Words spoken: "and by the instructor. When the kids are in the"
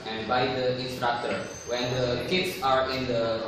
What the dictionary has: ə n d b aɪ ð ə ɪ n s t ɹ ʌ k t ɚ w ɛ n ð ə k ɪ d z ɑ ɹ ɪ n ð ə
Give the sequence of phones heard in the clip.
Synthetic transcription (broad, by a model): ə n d b aɪ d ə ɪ n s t ɹ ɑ k t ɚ w ɛ n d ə k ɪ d s ɑ ɹ ɪ n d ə